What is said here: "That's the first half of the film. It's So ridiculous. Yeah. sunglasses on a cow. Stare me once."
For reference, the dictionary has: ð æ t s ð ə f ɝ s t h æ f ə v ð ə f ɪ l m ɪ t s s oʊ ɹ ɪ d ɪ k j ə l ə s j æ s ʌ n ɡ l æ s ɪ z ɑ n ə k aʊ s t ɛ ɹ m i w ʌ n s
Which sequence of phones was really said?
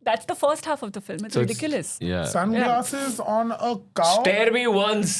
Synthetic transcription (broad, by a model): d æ t s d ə f ɝ s t h æ f ə v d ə f ɪ l m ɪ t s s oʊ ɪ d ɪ k j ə l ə s j æ s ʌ n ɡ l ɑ s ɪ z ɑ n ə k aʊ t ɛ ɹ m i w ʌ n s